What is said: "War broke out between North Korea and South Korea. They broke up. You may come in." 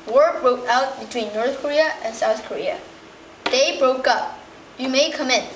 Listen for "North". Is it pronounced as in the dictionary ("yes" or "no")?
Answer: yes